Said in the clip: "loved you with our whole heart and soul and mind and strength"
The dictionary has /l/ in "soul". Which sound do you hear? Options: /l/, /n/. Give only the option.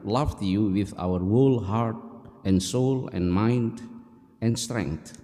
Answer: /l/